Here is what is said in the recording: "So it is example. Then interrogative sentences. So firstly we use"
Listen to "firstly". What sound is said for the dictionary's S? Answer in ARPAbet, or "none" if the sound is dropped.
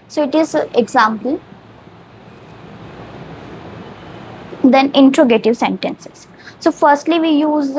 S